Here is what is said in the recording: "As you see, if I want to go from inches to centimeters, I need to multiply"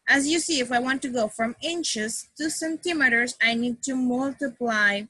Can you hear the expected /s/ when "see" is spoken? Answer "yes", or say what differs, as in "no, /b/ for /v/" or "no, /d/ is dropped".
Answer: yes